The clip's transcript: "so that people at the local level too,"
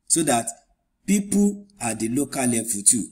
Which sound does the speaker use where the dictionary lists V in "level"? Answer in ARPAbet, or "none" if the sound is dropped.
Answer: F